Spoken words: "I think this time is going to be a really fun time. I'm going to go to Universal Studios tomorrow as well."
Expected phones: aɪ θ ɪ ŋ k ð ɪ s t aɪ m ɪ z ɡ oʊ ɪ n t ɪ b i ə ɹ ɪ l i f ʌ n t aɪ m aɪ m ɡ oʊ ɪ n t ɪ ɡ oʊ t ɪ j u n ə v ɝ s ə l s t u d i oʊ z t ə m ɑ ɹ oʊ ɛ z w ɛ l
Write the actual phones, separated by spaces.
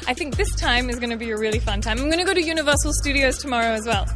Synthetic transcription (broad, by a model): aɪ θ ɪ ŋ k ð ɪ s t aɪ m ɪ z ɡ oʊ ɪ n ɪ b i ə ɹ ɪ l i f ʌ n t aɪ m aɪ m ɡ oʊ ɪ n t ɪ ɡ oʊ t ɪ j u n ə v ɝ s l s t u d i oʊ z t ə m ɑ ɹ oʊ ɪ z w ɛ l